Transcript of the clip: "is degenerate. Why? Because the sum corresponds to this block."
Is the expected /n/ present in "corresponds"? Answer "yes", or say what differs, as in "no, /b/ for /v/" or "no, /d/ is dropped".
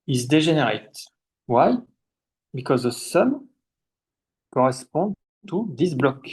no, /n/ is dropped